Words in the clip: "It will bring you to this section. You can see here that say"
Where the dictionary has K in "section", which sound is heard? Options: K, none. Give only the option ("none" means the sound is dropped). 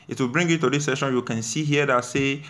none